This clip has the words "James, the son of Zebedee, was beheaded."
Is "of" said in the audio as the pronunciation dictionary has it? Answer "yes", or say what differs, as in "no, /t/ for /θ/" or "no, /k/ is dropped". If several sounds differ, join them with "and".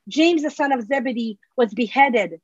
yes